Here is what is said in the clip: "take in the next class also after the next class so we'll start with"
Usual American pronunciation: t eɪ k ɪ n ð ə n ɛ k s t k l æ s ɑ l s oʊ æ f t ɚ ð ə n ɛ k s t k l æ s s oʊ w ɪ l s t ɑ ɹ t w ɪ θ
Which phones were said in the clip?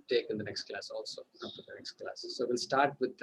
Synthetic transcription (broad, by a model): t eɪ k ɪ n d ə n ɛ k s t k l æ s ɑ l s oʊ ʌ p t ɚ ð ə n ɛ k s t k l æ s s oʊ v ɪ l s t ɑ ɹ t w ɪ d